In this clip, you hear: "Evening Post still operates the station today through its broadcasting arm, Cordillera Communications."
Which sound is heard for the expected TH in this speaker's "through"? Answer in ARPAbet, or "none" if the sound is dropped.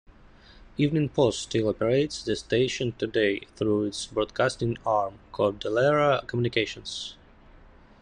TH